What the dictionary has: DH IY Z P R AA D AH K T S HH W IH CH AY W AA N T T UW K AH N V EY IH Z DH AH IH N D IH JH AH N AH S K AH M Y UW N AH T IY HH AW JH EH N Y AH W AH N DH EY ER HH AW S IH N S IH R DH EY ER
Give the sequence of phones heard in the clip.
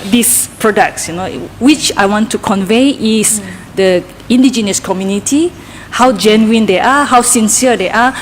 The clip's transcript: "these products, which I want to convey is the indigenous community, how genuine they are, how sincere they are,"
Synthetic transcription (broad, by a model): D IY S P R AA D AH K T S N W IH CH AY W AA N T T UW K AH N V EY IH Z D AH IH N D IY JH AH N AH S K AH M Y UW N AH T IY HH AW JH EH N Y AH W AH N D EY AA HH AW S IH N S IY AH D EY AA